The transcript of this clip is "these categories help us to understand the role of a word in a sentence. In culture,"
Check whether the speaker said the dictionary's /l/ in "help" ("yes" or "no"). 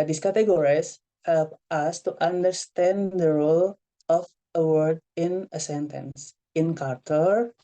yes